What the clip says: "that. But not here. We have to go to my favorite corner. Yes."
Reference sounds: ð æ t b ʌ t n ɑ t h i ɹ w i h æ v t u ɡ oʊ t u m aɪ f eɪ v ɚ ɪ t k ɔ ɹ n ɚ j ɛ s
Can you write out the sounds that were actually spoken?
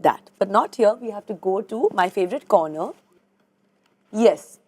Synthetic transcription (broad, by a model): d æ t b ʌ t n ɑ t h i ɹ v i h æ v t u ɡ oʊ t u m aɪ f eɪ v ɚ ɪ t k ɔ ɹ n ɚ j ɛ s